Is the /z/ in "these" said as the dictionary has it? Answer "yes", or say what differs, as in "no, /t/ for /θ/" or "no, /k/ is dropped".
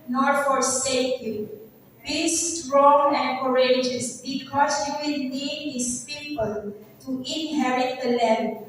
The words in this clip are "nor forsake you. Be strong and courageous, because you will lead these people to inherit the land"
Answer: no, /s/ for /z/